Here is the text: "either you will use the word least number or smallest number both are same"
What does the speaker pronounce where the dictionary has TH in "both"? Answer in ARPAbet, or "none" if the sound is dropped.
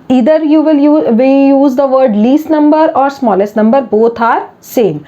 T